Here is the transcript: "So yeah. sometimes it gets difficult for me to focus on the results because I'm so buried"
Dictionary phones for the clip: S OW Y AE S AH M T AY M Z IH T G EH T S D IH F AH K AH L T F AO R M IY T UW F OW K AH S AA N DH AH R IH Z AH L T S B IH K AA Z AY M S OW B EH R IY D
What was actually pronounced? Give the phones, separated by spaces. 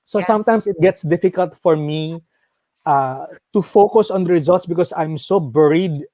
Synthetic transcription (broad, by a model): S OW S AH M T AY M S IH T G EH T S D IH F AH K AH L T F AO R M IY T UW F OW K AH S AA N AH R IH Z AH L T S B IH K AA S AY M S OW B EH R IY D